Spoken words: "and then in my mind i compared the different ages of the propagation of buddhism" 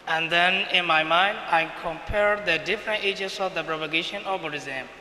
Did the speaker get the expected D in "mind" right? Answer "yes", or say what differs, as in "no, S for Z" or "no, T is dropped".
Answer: yes